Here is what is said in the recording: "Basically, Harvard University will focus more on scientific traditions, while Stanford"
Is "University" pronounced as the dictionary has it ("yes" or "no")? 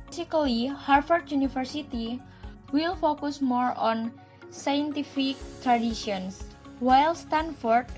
no